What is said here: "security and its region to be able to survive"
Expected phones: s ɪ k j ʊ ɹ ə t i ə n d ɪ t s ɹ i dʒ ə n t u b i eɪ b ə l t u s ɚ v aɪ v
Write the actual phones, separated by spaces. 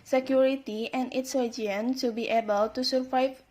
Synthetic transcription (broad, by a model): s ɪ k j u ɹ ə t i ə n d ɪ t s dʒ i ə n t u b i eɪ b ə l t u s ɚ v aɪ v